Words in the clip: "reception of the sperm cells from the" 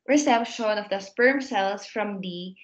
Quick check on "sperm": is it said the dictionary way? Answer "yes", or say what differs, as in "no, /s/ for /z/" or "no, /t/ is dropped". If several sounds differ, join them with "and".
yes